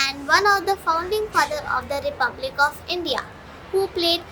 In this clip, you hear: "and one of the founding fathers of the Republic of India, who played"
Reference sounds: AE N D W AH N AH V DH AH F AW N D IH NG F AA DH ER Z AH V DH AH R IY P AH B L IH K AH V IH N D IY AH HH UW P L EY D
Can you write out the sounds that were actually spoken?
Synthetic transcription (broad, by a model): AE N D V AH N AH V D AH F AW N D IH NG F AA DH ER AH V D AH R IY P AH B L IH K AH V IH N D IY AH HH UW P L EY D